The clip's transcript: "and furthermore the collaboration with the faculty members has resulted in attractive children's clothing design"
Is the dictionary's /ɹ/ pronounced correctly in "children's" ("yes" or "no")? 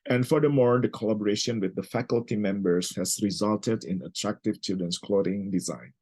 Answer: no